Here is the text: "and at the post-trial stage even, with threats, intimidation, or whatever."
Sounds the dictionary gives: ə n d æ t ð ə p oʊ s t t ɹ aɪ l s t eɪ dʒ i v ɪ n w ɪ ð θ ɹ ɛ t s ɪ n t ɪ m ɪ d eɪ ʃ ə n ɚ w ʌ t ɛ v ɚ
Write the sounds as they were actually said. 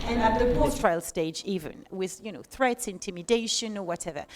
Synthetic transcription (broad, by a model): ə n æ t ð ə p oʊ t t ɹ aɪ l s t eɪ dʒ i v ɪ n w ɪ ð θ ɹ ɛ t s ɪ n t ɪ m ɪ d eɪ ʃ ə n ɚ w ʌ t ɛ v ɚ